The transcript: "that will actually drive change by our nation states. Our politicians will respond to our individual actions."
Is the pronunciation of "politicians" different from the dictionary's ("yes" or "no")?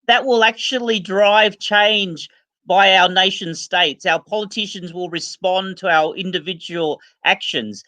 no